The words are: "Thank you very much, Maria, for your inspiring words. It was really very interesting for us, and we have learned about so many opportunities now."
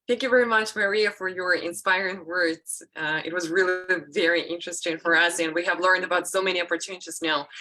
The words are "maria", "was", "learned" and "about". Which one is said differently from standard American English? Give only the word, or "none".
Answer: none